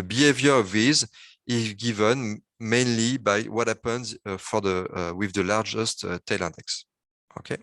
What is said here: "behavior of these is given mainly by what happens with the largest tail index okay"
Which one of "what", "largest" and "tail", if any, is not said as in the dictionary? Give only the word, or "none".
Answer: none